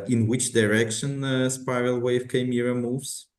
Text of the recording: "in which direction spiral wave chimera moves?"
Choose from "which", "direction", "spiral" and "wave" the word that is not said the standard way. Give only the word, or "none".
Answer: spiral